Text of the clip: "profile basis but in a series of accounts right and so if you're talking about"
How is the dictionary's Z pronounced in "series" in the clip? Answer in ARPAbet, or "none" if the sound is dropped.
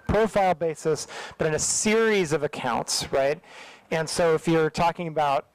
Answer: Z